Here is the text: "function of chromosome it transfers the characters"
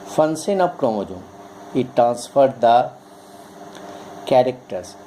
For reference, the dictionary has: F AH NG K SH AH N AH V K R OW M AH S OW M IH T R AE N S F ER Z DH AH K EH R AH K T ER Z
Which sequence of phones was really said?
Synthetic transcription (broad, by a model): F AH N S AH N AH P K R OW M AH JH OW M IH T R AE N S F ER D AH K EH R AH K T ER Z